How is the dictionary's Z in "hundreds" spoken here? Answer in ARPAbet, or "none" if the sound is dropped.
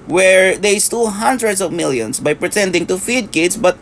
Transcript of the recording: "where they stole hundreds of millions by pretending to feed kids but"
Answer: S